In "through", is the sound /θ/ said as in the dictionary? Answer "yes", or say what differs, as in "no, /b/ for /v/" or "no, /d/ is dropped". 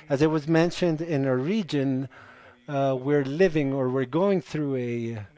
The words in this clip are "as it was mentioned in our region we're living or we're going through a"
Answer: yes